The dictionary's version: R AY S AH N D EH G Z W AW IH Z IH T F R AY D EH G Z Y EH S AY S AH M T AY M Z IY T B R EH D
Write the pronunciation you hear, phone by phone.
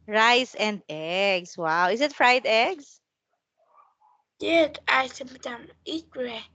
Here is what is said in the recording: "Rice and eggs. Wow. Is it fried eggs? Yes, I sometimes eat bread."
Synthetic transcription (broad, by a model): R AY S AH N D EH G S W AW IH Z IH T F R AY D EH G S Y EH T AY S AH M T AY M IY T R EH